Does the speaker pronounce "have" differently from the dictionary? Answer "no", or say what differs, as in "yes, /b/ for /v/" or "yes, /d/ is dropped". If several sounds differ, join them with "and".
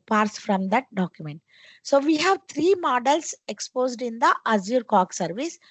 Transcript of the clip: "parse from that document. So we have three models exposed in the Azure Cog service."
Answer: no